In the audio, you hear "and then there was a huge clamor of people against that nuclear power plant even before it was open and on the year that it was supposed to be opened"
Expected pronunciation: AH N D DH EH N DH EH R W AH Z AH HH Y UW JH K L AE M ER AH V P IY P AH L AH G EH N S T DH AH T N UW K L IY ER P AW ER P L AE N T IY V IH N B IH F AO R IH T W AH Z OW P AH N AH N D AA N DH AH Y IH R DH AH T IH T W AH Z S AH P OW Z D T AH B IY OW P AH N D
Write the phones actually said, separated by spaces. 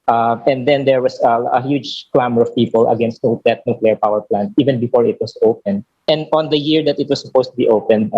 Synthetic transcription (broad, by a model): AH N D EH N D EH R W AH S AH HH Y UW JH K L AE M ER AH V P IY P AH L AH G EH N S T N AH T N UW K L IY ER P AW ER P L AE N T IY V IH N B IH F AO R IH T W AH S OW P AH N AH N D AA N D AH Y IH R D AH T IH T W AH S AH P OW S T AH B IY OW P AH N D